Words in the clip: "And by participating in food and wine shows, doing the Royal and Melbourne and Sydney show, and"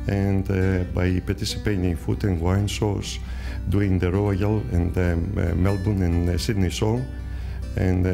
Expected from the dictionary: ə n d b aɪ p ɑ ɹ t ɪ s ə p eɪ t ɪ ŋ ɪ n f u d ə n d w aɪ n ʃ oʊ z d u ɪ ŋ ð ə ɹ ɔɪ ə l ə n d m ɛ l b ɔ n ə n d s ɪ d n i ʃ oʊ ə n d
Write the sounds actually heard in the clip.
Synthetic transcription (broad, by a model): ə n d b aɪ p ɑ ɹ t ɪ s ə p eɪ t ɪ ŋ f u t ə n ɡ w aɪ n s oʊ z d u ɪ ŋ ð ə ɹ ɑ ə l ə n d m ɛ l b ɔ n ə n s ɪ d n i s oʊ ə n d